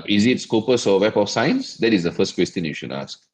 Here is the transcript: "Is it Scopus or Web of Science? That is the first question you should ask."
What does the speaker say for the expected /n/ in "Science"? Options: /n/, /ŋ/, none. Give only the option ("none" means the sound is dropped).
/n/